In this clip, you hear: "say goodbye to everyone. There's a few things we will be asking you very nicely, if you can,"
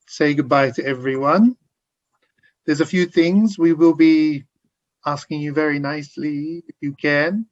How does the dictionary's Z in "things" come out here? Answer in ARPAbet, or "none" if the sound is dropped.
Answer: Z